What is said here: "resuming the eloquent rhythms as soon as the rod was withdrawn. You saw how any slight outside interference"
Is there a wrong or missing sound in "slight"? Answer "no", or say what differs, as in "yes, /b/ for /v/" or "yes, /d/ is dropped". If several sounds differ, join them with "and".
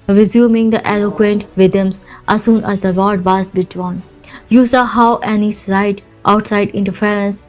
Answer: yes, /l/ is dropped